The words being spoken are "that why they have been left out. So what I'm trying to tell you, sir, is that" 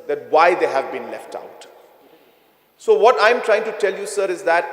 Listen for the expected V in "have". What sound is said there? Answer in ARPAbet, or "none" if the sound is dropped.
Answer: V